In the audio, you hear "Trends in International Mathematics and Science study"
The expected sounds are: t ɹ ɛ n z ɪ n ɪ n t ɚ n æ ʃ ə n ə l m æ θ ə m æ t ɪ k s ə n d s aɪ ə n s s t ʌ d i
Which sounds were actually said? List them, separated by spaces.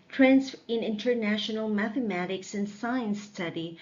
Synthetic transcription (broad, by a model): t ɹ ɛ n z ɪ n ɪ n t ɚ n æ ʃ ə n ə l m æ θ ə m æ t ɪ k s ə n s aɪ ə n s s t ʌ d i